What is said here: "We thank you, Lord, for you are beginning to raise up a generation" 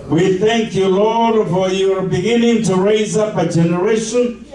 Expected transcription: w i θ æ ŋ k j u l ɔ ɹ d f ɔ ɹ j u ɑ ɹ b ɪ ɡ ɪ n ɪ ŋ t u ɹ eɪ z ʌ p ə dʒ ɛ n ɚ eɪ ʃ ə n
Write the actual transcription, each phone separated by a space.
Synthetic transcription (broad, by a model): w i θ æ ŋ k j u l ɔ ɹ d f ɔ ɹ j ɑ ɹ b ɪ ɡ ɪ n ɪ ŋ t u ɹ eɪ z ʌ p ə dʒ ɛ n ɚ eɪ ʃ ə n